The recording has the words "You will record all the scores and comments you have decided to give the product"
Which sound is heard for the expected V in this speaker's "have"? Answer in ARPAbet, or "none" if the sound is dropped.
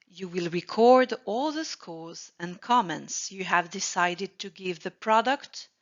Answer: V